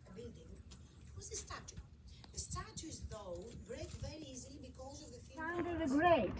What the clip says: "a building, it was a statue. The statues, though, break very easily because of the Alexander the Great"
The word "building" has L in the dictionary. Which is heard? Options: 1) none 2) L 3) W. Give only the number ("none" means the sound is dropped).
1